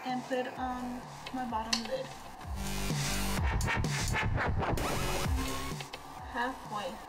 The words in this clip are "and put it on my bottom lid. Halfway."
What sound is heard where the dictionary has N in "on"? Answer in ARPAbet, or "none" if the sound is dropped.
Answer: N